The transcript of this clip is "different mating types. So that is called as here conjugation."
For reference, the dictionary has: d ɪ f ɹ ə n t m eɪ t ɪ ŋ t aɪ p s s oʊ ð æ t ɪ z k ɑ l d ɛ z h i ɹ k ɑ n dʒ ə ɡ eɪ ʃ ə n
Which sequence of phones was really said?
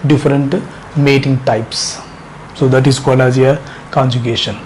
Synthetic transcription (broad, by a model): d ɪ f ɹ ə n t m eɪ t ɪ ŋ t aɪ p s s oʊ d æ t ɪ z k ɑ l ɑ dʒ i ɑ k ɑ n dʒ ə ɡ eɪ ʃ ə n